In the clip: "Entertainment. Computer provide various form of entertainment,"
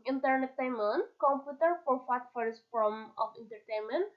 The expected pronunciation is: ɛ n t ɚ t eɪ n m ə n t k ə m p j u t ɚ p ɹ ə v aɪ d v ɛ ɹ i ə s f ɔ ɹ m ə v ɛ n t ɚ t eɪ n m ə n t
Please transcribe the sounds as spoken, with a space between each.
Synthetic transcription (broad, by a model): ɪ n t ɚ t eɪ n m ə n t k ə m p j u t ɚ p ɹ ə f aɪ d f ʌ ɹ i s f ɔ m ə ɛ n t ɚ t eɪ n m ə n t